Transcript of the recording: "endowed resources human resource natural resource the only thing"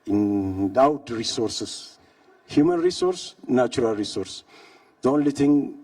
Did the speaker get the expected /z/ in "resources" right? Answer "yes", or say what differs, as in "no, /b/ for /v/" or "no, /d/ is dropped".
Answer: no, /s/ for /z/